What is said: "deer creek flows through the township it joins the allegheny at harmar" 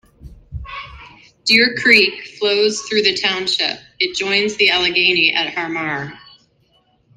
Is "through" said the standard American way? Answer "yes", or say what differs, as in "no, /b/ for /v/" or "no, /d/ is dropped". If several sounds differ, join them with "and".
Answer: yes